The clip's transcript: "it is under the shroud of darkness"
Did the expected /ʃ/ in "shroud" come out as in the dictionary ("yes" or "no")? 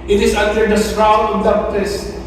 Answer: no